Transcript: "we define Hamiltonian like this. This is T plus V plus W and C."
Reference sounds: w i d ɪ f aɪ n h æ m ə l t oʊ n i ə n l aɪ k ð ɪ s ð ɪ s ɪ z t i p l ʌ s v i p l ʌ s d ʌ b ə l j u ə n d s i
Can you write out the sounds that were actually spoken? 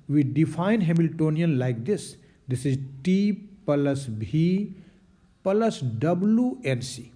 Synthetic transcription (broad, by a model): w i d ɪ f aɪ n h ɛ m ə l t oʊ n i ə n l aɪ k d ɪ s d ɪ s ɪ z t i p l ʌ s b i p l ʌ s d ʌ b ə l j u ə n s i